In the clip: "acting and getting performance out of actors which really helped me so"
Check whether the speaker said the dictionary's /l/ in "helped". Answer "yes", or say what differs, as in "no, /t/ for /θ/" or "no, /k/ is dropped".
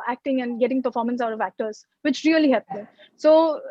no, /l/ is dropped